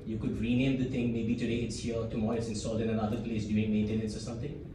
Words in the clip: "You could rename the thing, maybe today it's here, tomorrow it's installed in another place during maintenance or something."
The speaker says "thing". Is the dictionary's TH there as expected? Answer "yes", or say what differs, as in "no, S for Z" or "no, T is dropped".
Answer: no, T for TH